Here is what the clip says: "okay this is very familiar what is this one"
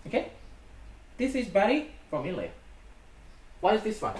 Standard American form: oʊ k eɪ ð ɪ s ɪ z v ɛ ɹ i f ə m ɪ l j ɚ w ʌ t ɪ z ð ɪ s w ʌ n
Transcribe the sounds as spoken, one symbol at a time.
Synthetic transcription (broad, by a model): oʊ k eɪ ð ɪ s ɪ z b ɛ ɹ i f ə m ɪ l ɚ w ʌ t ɪ z ð ɪ s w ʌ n